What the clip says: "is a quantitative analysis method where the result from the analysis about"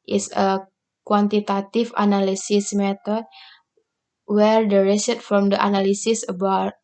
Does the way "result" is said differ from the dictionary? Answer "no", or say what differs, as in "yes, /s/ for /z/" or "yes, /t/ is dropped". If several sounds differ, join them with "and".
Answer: yes, /s/ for /z/ and /l/ is dropped